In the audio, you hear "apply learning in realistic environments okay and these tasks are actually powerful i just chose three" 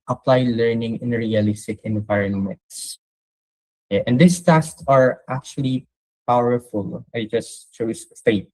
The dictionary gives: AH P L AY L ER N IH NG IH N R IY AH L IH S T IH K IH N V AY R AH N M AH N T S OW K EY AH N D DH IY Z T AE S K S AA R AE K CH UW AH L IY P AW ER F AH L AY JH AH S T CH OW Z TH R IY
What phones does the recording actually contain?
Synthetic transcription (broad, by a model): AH P L AY L ER N IH NG IH N R IY AH L IH S T IH K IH N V AY R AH N M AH N T S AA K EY AH N D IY S T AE S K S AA R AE K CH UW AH L IY P AW ER F AH L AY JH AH S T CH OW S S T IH